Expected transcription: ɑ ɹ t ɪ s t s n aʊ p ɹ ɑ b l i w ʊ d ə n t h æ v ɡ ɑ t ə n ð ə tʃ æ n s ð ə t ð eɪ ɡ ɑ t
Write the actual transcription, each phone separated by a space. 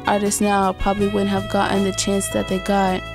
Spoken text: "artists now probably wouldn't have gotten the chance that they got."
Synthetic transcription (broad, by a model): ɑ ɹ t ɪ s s n aʊ p ɹ ɑ b l i w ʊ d n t h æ v ɡ ɑ t n ð ə tʃ æ n s ð ə t ð eɪ ɡ ɑ t